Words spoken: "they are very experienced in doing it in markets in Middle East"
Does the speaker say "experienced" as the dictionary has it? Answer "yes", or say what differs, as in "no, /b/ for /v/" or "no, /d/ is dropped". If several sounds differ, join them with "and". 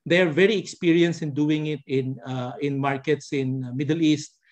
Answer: no, /t/ is dropped